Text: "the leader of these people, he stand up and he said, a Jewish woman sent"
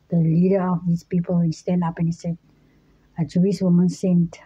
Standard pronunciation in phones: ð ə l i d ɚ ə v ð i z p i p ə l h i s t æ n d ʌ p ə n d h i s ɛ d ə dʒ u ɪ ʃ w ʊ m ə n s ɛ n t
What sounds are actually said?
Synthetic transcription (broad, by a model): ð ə l i d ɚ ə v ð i s p i p ə l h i s t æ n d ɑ p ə n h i s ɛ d ə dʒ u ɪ s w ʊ m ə n s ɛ n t